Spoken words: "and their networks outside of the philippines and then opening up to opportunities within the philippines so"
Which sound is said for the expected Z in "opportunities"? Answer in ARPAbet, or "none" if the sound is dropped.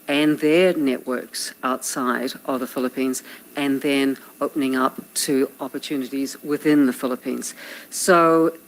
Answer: Z